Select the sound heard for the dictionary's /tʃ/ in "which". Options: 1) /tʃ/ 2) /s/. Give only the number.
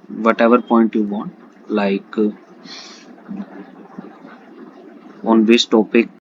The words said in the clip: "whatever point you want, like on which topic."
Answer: 2